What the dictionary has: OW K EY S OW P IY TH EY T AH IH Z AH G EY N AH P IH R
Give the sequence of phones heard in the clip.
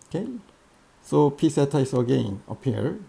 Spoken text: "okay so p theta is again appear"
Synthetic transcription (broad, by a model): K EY S OW P IY S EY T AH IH S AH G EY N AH P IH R